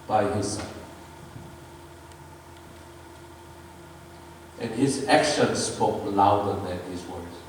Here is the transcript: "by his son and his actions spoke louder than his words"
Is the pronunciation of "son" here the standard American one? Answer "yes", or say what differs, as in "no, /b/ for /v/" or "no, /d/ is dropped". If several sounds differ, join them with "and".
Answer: no, /n/ is dropped